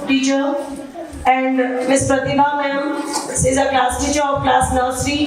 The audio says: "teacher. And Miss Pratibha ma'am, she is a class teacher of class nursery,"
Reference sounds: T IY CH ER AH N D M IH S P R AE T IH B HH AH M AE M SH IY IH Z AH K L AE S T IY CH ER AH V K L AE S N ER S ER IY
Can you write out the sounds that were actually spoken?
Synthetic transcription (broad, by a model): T IY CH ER AH N D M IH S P R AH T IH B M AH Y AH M S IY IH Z AH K L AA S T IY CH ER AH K L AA S N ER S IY